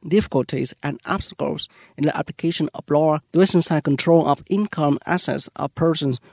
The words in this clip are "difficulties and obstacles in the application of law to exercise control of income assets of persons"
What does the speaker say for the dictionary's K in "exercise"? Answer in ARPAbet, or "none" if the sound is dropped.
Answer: none